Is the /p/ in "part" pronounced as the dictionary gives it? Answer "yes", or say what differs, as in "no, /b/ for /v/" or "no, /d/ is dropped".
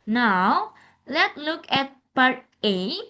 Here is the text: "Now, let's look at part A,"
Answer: no, /b/ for /p/